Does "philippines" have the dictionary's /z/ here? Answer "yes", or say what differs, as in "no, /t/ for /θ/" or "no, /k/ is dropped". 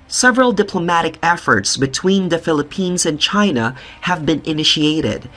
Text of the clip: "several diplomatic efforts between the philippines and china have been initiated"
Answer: yes